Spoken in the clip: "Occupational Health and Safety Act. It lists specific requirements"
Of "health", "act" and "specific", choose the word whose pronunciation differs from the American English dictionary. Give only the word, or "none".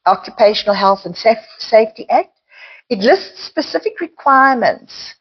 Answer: none